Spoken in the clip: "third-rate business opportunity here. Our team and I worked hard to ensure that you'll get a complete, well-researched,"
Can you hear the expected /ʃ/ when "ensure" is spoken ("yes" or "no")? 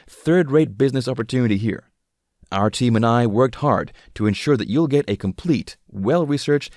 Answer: yes